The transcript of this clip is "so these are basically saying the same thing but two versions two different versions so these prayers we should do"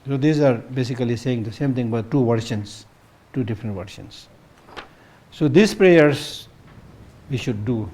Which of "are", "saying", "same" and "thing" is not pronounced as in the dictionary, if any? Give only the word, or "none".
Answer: thing